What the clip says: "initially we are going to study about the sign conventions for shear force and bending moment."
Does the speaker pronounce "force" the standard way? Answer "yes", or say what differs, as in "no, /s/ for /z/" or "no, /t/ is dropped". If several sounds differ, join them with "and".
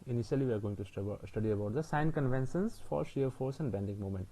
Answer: yes